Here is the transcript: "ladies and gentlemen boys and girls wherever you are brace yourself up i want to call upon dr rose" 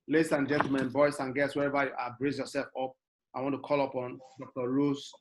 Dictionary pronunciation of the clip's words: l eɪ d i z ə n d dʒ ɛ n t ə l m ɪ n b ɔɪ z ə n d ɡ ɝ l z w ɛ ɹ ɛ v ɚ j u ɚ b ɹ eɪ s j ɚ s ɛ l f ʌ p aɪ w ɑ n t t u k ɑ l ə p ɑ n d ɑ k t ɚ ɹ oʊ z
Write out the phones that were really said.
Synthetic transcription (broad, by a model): l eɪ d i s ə n dʒ ɛ n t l m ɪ n b ɔɪ s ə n ɡ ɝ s w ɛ ɹ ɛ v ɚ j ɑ b ɹ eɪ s j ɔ s ɛ l f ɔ p aɪ w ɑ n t t u k ɑ l ə p ɑ n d ɑ k t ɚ ɹ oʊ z